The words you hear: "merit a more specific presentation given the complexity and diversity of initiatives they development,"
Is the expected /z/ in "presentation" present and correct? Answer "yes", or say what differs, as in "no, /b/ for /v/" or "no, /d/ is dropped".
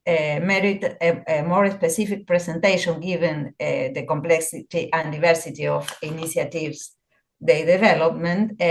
no, /s/ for /z/